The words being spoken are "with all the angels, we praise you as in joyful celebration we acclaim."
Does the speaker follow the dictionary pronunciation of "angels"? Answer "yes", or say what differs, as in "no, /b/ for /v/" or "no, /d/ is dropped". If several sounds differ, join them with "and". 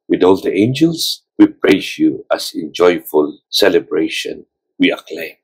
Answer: no, /s/ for /z/